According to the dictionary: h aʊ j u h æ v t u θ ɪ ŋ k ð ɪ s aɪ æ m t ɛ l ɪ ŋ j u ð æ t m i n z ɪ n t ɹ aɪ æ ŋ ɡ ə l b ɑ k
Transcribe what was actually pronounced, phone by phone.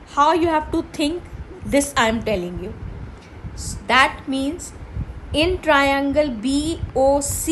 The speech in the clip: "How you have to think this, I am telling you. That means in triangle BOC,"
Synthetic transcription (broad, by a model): h aʊ j u h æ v t u t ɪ ŋ k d ɪ s aɪ m t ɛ l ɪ ŋ j u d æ t m i n z ɪ n t ɹ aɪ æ ŋ ɡ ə l b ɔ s